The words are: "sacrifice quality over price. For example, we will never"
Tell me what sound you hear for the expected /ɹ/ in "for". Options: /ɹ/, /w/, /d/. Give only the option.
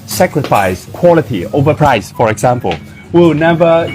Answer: /ɹ/